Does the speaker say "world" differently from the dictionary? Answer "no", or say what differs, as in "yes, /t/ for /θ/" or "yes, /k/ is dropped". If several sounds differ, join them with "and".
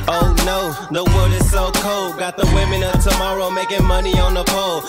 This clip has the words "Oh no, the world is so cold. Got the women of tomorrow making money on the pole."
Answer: yes, /l/ is dropped